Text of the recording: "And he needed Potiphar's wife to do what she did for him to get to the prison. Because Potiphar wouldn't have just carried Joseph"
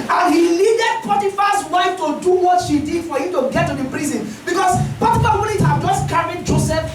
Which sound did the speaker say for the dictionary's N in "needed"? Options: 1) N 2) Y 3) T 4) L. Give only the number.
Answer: 4